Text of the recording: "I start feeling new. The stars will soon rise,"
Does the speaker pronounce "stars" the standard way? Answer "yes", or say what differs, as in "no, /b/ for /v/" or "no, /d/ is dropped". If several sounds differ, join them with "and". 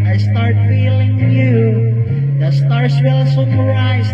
no, /s/ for /z/